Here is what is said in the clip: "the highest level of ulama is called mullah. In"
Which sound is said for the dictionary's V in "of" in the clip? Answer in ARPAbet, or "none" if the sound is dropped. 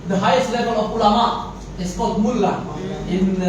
P